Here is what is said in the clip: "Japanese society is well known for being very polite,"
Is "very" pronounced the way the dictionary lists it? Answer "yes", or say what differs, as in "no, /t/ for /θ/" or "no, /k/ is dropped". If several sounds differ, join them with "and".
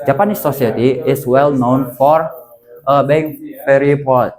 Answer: no, /f/ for /v/